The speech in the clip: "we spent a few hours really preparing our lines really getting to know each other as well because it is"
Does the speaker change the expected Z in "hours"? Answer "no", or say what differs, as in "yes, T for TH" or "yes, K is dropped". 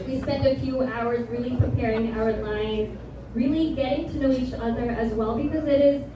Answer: no